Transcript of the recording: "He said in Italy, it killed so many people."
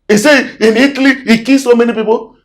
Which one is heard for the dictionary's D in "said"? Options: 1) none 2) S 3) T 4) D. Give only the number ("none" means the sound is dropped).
1